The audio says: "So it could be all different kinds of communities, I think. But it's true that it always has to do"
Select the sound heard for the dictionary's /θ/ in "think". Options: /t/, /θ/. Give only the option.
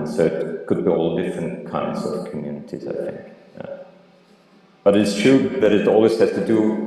/θ/